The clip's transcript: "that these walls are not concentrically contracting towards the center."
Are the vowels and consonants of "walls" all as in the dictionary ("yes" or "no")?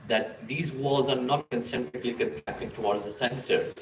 no